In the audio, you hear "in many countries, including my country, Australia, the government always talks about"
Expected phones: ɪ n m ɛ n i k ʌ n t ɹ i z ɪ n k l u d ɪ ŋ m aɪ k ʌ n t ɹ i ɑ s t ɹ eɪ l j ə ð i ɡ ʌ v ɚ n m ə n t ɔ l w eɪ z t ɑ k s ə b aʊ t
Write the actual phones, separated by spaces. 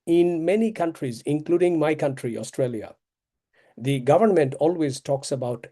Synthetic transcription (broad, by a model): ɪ n m ɛ n i k ʌ n t ɹ i z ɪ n k l u d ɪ ŋ m aɪ k ʌ n t ɹ i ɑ s t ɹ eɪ l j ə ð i ɡ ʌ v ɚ n m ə n t ɔ l w eɪ z t ɑ k s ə b aʊ t